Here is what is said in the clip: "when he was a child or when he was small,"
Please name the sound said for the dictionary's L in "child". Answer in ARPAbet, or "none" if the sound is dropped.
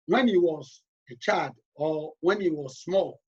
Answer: none